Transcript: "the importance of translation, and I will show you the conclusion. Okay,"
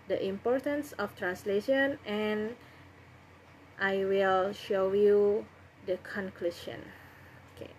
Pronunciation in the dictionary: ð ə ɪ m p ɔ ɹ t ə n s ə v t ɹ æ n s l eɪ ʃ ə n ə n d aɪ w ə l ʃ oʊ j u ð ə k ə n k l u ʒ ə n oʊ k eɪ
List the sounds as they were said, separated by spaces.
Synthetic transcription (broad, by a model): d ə ɪ m p ɔ ɹ t ə n s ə f t ɹ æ n s l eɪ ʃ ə n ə n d aɪ w ə l ʃ oʊ j u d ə k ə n k l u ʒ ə n oʊ k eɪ